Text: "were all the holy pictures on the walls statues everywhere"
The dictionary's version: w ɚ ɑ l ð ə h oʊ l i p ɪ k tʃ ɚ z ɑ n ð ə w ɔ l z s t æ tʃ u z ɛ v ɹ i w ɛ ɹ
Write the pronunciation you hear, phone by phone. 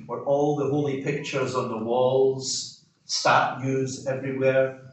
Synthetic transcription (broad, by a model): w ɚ ɑ l ð ə h oʊ l i p ɪ k tʃ ɚ z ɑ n ð ə w ɔ l z s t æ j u z ɛ v ɹ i w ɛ ɹ